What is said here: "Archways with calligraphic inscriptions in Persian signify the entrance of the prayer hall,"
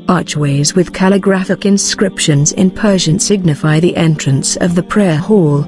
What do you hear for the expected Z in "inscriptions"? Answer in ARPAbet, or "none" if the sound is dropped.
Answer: Z